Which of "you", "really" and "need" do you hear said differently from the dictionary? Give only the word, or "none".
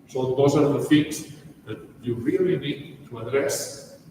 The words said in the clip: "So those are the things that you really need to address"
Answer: none